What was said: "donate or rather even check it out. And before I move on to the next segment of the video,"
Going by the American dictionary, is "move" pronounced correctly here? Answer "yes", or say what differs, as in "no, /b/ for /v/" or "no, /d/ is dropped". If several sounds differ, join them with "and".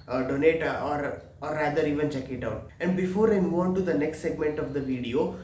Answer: no, /v/ is dropped